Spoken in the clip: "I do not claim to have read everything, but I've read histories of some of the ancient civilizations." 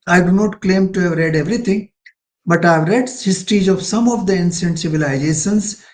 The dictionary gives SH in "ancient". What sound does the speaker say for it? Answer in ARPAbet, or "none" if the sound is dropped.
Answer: S